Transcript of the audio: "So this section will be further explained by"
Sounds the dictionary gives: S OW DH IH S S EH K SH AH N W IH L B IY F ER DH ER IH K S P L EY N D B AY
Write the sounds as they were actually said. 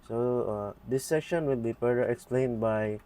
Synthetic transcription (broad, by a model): S OW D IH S S EH K SH AH N W IH L B IY P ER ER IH K S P L EY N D B AY